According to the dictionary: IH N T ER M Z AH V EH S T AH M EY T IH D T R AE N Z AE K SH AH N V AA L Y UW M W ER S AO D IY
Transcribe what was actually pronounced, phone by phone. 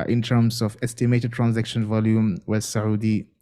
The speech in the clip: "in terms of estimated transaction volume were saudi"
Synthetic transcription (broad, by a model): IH N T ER M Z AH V EH S T AH M EY T IH D T R AE N Z AE K SH AH N V AA L Y UW M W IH S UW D IY